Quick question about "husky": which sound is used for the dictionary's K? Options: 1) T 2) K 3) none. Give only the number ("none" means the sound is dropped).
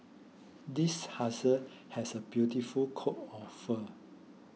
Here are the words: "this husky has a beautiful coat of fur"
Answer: 3